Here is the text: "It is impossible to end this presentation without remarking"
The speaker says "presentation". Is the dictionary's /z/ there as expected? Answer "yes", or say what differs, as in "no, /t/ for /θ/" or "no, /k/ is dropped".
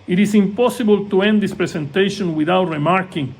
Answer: no, /s/ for /z/